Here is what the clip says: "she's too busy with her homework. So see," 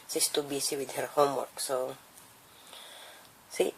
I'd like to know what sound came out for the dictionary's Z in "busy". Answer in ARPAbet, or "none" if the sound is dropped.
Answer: S